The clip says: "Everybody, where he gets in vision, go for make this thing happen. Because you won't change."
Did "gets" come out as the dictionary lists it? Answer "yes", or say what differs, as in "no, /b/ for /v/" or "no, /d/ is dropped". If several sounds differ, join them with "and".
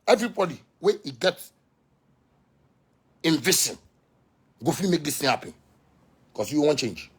no, /s/ is dropped